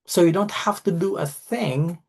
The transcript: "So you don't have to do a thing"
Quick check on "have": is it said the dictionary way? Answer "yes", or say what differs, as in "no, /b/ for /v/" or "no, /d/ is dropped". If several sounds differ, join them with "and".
no, /f/ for /v/